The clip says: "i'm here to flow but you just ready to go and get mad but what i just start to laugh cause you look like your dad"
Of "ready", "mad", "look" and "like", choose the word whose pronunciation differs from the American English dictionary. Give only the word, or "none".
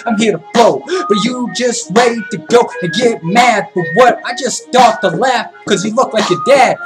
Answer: ready